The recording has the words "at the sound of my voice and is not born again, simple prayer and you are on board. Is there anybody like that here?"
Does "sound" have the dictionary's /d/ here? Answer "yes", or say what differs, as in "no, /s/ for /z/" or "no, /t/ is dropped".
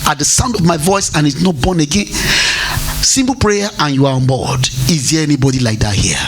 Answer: yes